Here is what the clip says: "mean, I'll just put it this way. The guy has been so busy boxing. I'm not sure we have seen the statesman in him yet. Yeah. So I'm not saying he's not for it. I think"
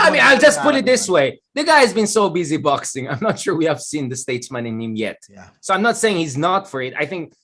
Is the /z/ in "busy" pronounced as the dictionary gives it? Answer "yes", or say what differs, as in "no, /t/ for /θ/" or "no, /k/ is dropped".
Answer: yes